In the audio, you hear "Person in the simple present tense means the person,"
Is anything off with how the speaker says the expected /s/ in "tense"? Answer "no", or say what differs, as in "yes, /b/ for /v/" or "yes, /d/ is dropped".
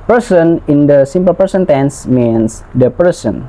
no